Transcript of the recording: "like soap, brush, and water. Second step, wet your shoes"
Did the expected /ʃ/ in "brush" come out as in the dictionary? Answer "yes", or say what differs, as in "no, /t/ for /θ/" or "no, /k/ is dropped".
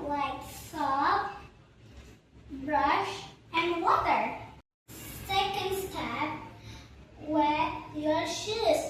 yes